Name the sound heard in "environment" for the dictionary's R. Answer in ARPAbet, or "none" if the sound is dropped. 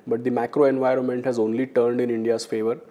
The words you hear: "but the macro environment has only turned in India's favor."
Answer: R